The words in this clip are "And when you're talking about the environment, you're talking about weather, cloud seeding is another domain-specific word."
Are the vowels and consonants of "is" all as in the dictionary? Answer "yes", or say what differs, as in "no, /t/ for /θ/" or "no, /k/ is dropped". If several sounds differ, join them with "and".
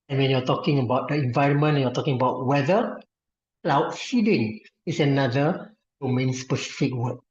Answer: no, /s/ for /z/